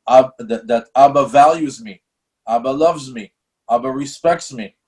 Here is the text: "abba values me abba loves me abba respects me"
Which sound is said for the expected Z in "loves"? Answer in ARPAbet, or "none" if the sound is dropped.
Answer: Z